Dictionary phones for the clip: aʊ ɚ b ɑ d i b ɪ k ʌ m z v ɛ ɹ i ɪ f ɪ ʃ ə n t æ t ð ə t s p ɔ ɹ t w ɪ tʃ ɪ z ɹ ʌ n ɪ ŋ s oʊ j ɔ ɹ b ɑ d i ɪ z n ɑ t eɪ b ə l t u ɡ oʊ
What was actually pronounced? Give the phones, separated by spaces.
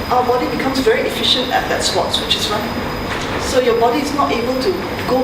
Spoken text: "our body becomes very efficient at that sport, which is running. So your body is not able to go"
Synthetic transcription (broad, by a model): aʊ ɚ b ɑ d i b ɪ k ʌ m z v ɛ ɹ i ɪ f ɪ ʃ ə n t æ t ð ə t s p ɔ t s w ɪ tʃ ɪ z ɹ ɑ ɪ s oʊ j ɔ b ɑ d i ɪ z n ɑ t eɪ b ə l t u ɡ oʊ